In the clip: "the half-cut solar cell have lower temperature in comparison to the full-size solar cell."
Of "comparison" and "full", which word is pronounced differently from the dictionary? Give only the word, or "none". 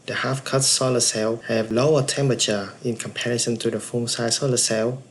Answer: full